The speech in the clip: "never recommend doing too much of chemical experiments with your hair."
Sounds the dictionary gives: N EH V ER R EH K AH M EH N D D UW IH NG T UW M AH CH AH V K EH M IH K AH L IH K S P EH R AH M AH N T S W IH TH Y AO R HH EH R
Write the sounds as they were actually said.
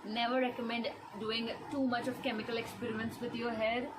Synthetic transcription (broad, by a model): N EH V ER R EH K AH M EH N D D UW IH NG T UW M AH CH AH V K EH M IH K AH L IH K S P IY R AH AH N S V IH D Y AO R HH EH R